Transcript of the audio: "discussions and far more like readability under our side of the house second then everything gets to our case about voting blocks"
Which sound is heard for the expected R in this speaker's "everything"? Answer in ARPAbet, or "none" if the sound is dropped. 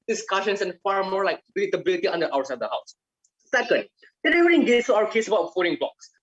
none